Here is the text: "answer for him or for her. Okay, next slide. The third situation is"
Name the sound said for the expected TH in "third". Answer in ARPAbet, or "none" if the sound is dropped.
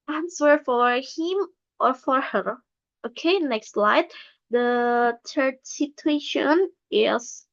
T